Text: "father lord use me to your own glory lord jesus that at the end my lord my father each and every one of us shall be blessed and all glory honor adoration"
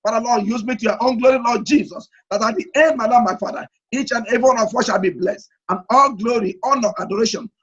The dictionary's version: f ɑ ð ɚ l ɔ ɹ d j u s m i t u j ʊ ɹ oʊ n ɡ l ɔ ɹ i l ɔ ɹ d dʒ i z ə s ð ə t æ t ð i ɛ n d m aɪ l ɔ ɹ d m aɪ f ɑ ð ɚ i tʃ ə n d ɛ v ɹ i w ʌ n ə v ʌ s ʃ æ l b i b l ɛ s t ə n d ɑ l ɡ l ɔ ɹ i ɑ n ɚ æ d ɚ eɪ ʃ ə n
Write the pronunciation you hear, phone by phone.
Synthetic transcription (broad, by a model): f ɑ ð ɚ l ɔ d j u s m i t u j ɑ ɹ oʊ n ɡ l ɔ ɹ i l ɔ d dʒ i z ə s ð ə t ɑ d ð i ɛ n d m aɪ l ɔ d m aɪ f ɑ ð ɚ i tʃ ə n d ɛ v i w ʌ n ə w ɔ ʃ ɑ l b i b l ɛ s t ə n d ɑ l ɡ l ɔ ɹ i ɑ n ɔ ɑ d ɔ eɪ ʃ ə n